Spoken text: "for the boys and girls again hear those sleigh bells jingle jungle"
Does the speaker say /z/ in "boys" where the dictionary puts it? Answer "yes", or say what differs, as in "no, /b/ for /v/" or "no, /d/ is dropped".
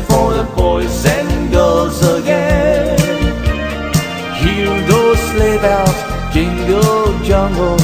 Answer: no, /s/ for /z/